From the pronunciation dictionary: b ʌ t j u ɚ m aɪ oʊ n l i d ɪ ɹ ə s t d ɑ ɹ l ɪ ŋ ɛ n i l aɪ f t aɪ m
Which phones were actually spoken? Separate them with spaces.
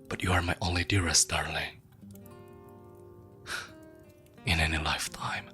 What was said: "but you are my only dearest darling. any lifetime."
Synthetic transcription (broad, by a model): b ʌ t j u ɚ m aɪ oʊ n l i d ɪ ɹ ə s t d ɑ ɹ l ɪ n ɛ n i l aɪ f t aɪ m